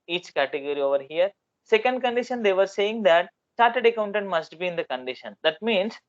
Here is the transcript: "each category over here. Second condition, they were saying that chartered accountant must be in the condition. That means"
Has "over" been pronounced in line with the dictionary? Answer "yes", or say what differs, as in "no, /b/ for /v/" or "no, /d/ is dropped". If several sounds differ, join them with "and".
yes